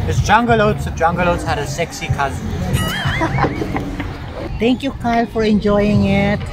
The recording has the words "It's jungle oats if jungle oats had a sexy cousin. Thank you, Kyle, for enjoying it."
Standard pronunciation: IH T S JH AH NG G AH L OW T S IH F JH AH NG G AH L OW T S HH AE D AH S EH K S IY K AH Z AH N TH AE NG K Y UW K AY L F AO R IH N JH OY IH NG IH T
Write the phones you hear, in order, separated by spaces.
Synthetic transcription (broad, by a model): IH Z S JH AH NG G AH L OW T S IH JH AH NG G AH L OW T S HH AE D AH S EH K S IY K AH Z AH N T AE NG K Y UW K AY L F AO R IH N JH OY IH NG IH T